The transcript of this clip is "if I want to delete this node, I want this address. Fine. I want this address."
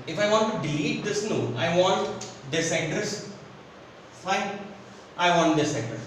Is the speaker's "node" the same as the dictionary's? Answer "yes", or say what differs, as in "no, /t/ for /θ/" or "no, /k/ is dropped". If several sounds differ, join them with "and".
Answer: no, /d/ is dropped